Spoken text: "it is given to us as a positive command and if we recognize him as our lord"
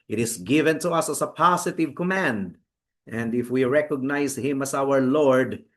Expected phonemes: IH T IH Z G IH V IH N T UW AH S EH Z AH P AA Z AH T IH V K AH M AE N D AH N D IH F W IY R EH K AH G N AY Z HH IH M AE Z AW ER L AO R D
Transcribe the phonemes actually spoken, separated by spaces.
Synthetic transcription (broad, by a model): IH T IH S G IH V IH N T UW AH S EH S AH P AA S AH T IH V K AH M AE N D AH N D IH F W IY R EH K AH G N AY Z HH IH M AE S AW ER L AO R D